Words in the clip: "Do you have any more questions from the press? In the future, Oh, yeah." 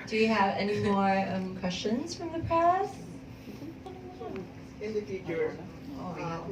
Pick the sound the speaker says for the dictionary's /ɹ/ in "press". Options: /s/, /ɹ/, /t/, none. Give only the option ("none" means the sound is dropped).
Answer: none